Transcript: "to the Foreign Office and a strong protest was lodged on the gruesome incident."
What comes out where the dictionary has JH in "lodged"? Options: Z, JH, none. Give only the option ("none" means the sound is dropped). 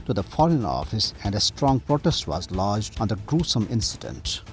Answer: JH